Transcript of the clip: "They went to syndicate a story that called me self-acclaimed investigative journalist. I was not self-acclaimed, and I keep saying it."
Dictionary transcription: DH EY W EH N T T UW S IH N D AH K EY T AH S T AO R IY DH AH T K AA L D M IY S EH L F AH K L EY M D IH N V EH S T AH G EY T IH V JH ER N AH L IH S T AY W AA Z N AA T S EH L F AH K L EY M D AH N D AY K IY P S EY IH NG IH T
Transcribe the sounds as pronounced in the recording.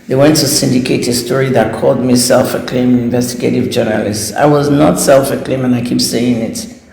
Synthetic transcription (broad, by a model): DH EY W EH N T T UW S IH N D AH K EY T AH S T AO R IY DH AH T K AA L D M IY S EH L F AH K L EY M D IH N V EH S T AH G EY T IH V JH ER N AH L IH S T AY W AA Z N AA T S EH L F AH K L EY M AH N AY K IY P S EY IH NG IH T